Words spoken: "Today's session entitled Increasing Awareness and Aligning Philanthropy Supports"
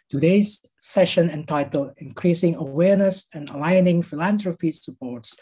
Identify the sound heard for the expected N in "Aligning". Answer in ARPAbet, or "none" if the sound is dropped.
N